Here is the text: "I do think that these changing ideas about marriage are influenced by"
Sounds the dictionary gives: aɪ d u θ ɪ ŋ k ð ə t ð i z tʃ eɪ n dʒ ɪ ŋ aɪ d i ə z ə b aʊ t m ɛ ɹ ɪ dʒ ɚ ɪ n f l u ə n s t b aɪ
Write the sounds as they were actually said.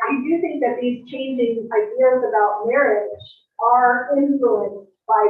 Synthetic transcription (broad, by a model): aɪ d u θ ɪ ŋ k ð ə t ð i z tʃ eɪ n dʒ ɪ ŋ aɪ d i ə z ə b aʊ t m ɛ ɹ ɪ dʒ ɚ ɪ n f l u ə n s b aɪ